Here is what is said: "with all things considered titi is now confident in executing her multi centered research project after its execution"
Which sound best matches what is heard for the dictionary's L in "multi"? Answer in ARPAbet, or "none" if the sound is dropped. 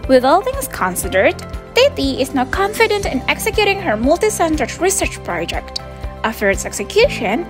L